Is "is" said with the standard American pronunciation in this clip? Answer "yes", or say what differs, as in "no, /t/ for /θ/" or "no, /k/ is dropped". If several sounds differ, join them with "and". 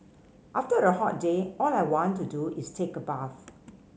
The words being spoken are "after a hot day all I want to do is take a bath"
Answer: no, /s/ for /z/